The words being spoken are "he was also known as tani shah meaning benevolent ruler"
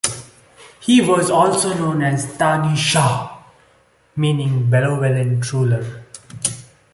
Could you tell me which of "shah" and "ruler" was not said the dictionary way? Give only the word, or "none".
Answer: none